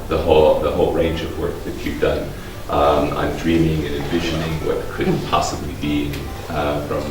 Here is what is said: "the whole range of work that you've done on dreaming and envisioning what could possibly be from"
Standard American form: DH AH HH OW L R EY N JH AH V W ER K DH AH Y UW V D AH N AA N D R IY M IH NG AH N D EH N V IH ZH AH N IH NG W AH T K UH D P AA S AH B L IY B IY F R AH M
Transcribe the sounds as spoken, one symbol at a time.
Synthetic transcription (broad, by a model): DH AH HH OW L R EY N JH AH V W ER K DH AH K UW P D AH N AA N D R IY M IH NG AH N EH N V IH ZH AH N IH NG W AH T K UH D P AA S AH B L IY B IY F R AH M